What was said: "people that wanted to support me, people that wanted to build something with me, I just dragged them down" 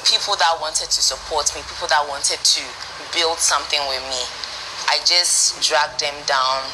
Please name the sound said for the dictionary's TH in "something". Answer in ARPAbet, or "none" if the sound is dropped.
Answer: TH